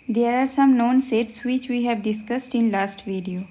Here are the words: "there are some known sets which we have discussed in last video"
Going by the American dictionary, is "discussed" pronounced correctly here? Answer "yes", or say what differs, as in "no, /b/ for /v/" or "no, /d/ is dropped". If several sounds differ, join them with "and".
yes